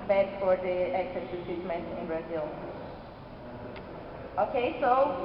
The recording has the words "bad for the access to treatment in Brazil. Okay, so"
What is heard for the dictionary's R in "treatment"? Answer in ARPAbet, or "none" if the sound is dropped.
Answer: none